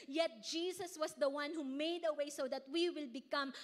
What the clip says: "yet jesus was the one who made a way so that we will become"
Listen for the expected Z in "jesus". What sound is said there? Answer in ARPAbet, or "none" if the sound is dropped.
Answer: S